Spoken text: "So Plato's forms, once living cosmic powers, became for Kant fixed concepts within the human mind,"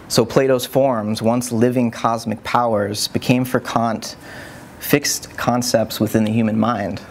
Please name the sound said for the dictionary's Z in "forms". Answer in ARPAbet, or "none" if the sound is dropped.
Z